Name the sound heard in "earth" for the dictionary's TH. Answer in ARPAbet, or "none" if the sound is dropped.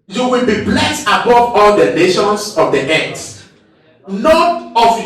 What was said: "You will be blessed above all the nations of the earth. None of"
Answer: S